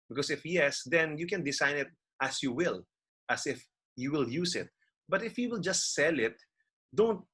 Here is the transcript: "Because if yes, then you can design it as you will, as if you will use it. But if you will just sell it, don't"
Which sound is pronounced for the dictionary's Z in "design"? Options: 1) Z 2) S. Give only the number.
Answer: 2